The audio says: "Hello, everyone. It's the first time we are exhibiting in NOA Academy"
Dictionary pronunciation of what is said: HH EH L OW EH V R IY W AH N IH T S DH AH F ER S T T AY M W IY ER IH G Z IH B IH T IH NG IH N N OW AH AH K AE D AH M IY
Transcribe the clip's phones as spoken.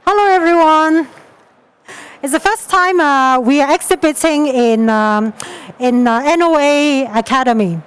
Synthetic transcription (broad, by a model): HH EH L OW EH V R IY W AH N IH T S DH AH F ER S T T AY M W IY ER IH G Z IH B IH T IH NG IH N N OW AH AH K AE D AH M IY